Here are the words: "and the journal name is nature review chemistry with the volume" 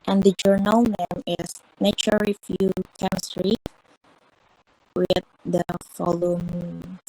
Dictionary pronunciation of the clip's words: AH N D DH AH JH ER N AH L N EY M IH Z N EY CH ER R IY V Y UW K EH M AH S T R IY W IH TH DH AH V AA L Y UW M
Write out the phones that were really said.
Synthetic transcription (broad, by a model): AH N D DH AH JH ER N AH L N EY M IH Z N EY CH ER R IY F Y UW K EH M AH S T R IY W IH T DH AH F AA L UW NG